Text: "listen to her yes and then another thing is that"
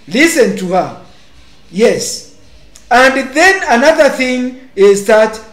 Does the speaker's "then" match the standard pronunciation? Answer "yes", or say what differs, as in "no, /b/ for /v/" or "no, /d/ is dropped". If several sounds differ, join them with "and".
yes